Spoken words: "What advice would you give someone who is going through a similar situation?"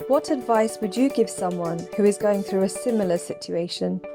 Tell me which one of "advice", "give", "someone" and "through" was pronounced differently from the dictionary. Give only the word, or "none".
none